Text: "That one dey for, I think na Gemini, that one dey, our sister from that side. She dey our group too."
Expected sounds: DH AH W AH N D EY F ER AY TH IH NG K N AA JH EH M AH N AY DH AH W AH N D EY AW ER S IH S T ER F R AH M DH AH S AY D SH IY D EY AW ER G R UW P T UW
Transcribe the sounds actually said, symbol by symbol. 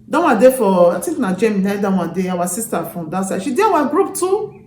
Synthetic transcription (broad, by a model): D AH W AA D EY F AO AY T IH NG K N AA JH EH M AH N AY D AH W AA D EY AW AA S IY S T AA F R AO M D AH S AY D SH IY D EY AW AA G R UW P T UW